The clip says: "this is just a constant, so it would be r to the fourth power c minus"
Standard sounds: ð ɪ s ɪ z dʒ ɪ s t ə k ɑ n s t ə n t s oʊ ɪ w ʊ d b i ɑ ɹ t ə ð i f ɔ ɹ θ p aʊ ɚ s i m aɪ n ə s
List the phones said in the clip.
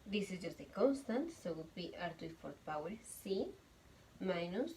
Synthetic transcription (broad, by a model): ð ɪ s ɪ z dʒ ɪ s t ə k ɑ n s t ə n t s oʊ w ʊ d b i ɑ ɹ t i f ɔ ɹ t p aʊ ɚ s i m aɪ n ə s